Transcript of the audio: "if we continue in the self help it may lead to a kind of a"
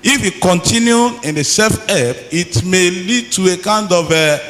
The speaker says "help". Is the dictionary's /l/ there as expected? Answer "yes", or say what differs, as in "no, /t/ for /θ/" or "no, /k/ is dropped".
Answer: no, /l/ is dropped